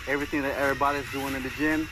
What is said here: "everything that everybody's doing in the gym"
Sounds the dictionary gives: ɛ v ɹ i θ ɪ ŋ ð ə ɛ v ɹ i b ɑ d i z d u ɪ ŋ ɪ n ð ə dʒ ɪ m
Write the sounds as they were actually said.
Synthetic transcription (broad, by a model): ɛ v ɹ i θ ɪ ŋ ð ə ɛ ɹ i b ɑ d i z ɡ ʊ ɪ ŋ ɪ n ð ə dʒ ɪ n